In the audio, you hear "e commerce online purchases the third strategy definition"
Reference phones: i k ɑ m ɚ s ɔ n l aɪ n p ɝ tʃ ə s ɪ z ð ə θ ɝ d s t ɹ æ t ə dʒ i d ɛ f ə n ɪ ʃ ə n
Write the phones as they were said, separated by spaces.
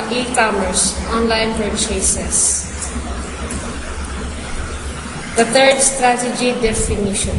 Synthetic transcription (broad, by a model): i k ɑ m ɚ s ɔ n l aɪ n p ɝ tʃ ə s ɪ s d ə t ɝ d s t ɹ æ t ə dʒ i d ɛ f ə n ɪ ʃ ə n